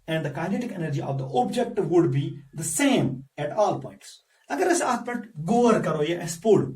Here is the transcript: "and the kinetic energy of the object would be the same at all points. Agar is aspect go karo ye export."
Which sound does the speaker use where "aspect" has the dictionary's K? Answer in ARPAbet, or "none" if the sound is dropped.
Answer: none